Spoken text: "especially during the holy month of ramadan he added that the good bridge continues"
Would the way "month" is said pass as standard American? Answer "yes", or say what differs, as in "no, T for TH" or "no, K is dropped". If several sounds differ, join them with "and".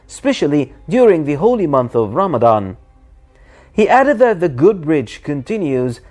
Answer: yes